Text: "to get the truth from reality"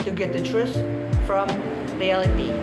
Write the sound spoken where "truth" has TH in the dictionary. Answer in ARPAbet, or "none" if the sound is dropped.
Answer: S